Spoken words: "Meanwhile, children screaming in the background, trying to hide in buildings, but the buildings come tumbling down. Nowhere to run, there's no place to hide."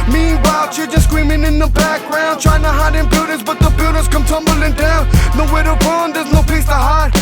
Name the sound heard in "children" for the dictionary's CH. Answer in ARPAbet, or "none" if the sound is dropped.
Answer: SH